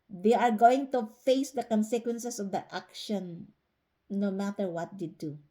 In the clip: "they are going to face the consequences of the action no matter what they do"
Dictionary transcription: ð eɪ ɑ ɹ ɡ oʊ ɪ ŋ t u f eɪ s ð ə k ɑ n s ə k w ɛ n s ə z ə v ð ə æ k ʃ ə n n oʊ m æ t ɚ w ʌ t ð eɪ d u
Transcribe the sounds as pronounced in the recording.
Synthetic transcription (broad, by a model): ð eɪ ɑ ɹ ɡ oʊ ɪ ŋ t u f eɪ s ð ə k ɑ n s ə k w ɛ n s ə s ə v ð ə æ k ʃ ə n n oʊ m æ t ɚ w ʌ t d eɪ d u